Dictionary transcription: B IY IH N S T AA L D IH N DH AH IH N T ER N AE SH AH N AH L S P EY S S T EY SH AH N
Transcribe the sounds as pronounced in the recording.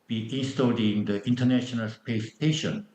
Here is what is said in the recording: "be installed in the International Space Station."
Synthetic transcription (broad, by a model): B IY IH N S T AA D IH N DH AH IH N T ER N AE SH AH N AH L S P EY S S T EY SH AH N